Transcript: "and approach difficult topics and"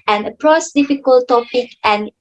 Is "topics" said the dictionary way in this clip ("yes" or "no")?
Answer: no